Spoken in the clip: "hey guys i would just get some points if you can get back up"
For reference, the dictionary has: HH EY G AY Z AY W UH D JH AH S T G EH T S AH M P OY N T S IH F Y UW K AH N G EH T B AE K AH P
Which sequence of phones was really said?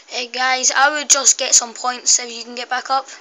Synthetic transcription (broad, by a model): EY G AY Z AY W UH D JH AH S G EH T S AH M P OY N T S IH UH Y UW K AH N G EH T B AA K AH P